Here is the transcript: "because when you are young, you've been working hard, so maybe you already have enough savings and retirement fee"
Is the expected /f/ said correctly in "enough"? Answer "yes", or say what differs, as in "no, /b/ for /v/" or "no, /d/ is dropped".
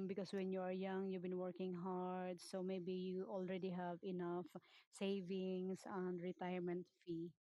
yes